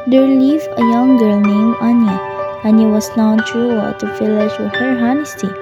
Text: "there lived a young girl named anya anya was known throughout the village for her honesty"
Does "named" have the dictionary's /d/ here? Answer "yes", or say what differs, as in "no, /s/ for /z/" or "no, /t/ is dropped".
no, /d/ is dropped